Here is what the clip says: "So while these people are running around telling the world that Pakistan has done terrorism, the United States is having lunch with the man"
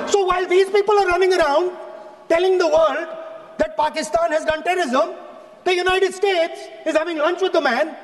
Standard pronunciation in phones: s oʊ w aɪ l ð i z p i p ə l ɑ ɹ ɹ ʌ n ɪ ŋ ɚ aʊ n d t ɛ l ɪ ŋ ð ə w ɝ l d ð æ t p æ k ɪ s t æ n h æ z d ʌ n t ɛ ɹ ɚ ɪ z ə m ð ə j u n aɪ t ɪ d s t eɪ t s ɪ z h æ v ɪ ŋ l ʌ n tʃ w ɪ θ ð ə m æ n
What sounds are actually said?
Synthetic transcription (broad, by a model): s oʊ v aɪ l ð i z p i p ə l ɑ ɹ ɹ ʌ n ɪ ŋ ɚ aʊ n d t ɛ l ɪ ŋ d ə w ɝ l d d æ t p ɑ k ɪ s t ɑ n h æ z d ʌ n t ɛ ɹ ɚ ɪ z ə m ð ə j u n aɪ t ɪ d s t eɪ t s ɪ z h æ v ɪ ŋ l ʌ n tʃ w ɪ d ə m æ n